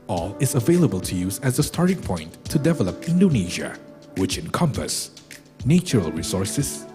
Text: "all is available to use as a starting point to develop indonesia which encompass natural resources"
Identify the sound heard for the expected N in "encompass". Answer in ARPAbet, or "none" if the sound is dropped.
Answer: N